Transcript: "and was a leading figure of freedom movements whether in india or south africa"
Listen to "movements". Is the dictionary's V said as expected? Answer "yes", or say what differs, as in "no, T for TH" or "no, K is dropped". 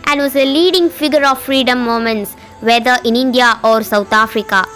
no, V is dropped